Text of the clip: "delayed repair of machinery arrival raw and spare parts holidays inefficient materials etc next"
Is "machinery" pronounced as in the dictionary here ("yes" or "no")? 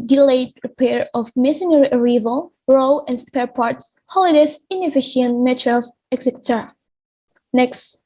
no